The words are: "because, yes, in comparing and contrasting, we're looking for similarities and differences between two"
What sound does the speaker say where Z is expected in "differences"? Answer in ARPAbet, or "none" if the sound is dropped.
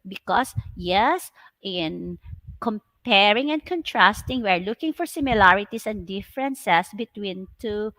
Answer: S